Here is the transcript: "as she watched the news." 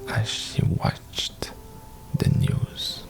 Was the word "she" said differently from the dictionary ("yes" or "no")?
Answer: no